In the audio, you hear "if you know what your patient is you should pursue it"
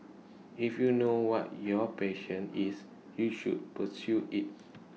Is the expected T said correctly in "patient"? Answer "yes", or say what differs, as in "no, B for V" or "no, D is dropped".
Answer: no, T is dropped